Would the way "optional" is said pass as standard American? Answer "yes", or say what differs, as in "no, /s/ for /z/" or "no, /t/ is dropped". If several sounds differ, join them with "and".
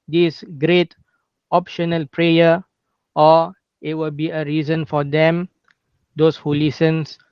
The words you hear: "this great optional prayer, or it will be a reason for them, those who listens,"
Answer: yes